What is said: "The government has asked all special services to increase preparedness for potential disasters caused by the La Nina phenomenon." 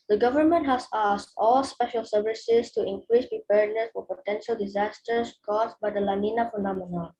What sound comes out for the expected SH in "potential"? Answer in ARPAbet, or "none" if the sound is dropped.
SH